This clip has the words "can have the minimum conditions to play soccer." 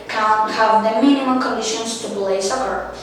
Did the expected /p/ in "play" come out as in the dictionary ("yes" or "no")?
no